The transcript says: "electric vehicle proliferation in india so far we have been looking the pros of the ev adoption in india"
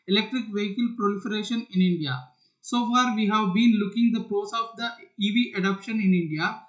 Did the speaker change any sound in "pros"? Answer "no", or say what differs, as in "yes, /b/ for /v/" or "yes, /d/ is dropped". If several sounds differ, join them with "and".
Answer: yes, /ɹ/ is dropped